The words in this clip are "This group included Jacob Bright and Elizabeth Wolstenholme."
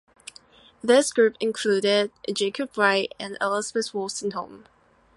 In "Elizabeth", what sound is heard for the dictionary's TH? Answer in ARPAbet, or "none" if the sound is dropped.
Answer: S